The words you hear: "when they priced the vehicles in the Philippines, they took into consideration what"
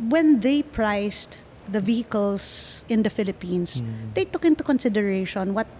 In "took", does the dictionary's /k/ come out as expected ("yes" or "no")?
yes